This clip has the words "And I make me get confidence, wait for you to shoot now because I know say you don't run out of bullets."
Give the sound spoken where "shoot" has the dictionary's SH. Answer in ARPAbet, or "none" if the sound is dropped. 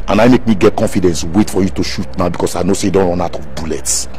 SH